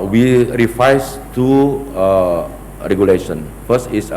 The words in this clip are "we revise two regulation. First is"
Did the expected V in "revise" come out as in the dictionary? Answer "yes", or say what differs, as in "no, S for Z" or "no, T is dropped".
no, F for V